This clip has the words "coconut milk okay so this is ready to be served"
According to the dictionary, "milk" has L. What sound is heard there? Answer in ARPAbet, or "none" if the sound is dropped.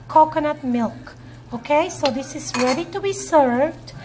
L